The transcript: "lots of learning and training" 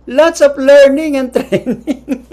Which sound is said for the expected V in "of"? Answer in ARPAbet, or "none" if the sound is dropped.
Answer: P